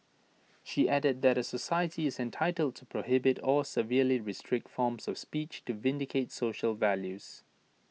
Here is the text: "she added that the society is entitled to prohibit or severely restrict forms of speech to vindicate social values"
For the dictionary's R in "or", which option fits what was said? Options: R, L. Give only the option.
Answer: L